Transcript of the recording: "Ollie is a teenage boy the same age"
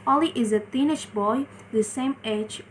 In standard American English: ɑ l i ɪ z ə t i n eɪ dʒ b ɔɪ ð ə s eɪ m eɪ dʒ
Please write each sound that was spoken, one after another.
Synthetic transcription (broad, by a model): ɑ l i ɪ z ə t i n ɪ ʃ b ɔɪ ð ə s eɪ m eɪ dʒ